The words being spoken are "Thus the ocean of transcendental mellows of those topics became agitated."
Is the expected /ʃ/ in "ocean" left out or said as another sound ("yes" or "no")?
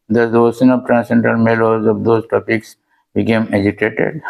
yes